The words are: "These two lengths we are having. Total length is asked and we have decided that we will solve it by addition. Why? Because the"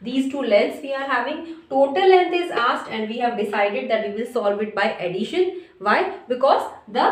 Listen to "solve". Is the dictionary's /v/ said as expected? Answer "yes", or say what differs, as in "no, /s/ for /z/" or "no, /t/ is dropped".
yes